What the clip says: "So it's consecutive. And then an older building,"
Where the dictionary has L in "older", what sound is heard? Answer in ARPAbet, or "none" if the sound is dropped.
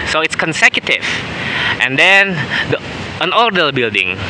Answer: none